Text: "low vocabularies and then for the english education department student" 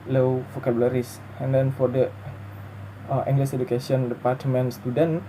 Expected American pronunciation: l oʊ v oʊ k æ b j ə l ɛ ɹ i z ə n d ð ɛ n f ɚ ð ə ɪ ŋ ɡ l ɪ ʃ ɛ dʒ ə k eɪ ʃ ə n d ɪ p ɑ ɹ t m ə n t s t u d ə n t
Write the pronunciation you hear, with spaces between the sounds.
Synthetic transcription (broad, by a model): l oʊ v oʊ k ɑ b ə l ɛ ɹ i s ə n d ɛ n f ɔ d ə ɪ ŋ ɡ l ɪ s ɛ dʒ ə k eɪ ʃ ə n d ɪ p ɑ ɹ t m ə n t s t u d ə n